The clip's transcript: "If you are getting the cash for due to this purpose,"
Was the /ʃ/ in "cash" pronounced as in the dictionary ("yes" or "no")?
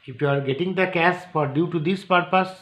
no